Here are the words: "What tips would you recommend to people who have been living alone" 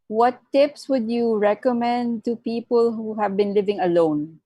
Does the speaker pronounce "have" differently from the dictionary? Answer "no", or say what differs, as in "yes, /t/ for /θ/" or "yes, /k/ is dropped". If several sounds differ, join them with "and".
no